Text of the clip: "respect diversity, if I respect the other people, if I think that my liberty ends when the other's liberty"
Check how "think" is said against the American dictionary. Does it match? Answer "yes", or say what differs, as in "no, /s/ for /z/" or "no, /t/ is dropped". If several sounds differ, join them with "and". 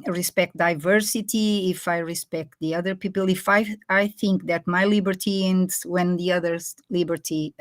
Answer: yes